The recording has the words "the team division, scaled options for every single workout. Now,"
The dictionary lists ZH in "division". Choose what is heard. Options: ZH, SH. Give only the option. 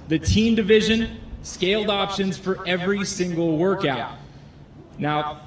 ZH